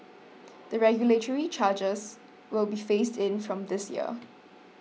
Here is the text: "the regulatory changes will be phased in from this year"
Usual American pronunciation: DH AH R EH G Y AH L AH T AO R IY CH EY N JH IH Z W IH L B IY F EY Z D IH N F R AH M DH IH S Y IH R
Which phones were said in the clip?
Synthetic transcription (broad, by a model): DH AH R EH G Y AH L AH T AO R IY CH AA JH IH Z W IH L B IY F EY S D IH N F R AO M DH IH S Y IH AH